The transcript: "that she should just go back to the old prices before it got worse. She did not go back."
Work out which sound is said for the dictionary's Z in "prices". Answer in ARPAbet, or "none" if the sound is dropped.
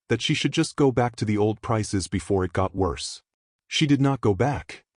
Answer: Z